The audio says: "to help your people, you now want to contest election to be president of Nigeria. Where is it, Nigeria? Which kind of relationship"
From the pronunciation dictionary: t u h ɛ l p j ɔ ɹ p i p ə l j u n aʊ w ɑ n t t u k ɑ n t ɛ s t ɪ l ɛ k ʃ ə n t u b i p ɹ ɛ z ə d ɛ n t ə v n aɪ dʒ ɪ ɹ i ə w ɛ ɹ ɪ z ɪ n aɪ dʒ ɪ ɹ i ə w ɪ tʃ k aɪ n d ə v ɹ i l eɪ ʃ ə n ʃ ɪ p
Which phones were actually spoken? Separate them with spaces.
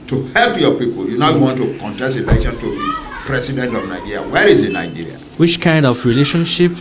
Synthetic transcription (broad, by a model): t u h ɛ l p j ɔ p i p ə l j u n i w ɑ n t t u k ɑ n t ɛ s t ɪ l ɛ k ʃ ə n t u b i p ɹ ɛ s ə d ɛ n t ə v n aɪ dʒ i ɹ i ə w ɛ ɹ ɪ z ɪ n aɪ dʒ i ɹ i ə w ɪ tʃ k aɪ n d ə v ɹ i l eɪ ʃ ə n ʃ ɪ p